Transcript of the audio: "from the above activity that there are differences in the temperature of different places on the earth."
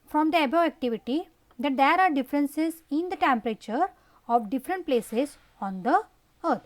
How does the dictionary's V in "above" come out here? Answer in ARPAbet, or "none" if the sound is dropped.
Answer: none